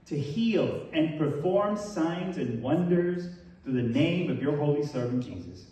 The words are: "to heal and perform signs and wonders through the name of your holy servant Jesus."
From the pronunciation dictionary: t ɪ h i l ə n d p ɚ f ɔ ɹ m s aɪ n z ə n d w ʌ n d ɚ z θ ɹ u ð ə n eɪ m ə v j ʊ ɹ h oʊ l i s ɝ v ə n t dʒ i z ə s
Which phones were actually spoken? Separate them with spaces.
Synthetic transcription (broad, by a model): t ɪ h i l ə n p ɚ f ɔ ɹ m s aɪ n z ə n w ʌ n d ɚ z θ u ð ə n eɪ m ə v j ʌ ɹ h oʊ l i s ɝ v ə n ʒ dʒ i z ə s